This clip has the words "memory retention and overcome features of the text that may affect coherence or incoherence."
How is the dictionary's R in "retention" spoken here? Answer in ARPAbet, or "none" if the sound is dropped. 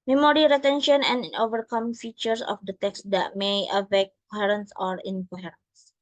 L